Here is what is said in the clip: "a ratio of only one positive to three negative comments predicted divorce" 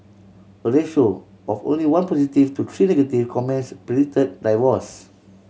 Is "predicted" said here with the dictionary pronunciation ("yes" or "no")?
no